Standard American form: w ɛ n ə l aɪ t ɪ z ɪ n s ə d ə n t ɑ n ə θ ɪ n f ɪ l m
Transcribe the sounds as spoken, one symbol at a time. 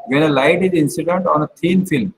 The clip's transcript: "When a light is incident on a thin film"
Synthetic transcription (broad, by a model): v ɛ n ə l aɪ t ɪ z ɪ n s ə d ə n t ɑ n ə t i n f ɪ l m